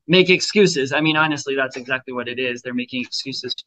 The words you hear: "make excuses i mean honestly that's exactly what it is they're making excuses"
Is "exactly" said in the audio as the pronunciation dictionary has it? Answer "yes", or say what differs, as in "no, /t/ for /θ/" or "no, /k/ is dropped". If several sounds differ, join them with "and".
yes